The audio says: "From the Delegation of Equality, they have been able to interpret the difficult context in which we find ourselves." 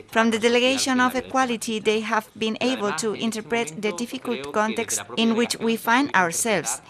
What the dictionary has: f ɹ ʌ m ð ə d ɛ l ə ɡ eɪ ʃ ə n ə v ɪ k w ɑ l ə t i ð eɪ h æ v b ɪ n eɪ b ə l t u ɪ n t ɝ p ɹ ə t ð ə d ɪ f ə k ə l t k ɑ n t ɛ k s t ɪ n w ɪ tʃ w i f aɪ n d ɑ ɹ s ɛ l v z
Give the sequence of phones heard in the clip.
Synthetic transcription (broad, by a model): f ɹ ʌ m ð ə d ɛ l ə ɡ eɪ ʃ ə n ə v ɪ k w ɑ l ə t i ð eɪ h æ v b ɪ n eɪ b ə l t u ɪ n t ɝ p ɹ ə t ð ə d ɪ f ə k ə l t k ɑ n t ɛ k s t ɪ n w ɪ tʃ w i f aɪ n d ɑ ɹ s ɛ l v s